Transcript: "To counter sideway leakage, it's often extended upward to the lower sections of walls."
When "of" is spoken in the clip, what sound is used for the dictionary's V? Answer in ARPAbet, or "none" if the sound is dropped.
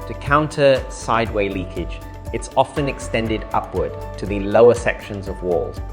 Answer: V